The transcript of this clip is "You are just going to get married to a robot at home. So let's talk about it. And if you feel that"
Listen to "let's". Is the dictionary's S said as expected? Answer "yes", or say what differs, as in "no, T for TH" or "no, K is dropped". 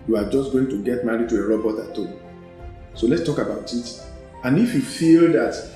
yes